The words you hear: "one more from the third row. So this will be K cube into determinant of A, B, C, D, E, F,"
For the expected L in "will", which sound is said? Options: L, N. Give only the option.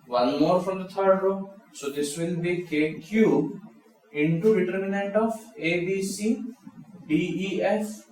N